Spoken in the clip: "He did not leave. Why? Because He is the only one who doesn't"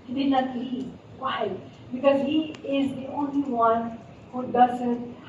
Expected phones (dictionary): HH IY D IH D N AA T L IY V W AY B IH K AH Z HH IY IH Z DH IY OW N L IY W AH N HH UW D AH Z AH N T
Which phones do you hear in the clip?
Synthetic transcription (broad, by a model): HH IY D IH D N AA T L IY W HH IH B IH K AH Z HH IY IH Z DH IY OW N L IY W AH N HH UW D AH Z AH N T